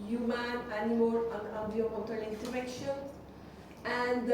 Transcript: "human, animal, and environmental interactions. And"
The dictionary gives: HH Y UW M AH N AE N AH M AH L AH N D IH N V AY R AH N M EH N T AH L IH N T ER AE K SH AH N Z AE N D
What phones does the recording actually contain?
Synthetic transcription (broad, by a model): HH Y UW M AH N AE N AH M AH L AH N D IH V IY AH M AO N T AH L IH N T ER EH K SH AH N AE N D